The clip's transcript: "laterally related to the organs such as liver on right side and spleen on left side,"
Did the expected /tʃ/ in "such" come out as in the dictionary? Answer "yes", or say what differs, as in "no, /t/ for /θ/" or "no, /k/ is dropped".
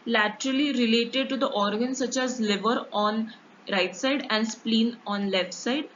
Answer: yes